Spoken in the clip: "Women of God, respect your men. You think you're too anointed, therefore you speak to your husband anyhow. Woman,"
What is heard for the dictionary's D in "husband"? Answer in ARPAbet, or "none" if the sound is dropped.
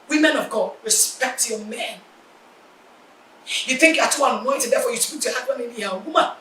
none